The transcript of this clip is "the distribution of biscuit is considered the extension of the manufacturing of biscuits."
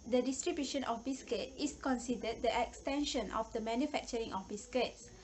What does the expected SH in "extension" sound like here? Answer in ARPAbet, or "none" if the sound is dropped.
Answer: SH